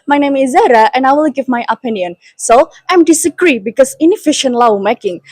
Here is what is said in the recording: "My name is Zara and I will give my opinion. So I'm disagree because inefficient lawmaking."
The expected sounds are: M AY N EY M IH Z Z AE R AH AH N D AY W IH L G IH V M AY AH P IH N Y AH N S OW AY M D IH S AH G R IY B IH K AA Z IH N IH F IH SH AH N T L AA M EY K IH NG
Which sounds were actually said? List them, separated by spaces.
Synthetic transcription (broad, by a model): M AY N EY M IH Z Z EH R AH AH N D AY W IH L G IH V M AY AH P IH N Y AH N S OW AY M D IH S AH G R IY B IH K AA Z IH N IH F IH SH AH N T L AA M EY K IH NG